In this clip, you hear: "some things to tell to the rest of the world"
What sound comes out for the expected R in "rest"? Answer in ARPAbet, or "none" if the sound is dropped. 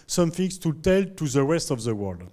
W